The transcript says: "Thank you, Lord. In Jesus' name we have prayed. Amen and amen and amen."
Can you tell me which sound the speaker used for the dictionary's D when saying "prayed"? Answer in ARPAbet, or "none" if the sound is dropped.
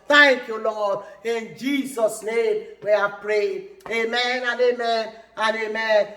none